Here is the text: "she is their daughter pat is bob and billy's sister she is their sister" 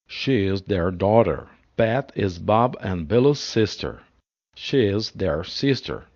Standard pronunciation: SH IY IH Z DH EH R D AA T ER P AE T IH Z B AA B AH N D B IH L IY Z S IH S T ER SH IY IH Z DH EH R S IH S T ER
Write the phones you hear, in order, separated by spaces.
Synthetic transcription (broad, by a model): SH IY IH Z DH EH R D AA T ER B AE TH IH Z B AA B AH N B IH L IY Z S IH S T ER SH IY IH Z DH EH R S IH S T ER